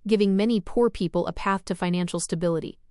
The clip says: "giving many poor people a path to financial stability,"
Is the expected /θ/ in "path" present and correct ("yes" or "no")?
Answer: yes